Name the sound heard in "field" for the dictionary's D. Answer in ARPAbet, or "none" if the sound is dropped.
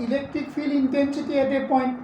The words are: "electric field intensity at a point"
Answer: none